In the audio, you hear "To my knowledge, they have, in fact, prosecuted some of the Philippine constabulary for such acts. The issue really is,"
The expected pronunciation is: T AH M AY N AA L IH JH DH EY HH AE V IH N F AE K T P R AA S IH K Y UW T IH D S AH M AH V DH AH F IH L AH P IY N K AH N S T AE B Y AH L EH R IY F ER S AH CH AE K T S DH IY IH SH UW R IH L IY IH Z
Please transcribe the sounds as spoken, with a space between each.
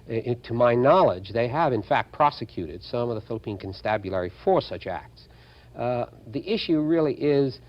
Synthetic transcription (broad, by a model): T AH M AY N AA L IH JH DH EY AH V IH N F AE K T P R AA S IH K Y UW T IH D S AH M AH V DH AH F IH L AH P IY N K AH N S T AE B Y AH L EH R IY F ER S AH CH AE K T S DH IY IH SH UW R IH L IY IH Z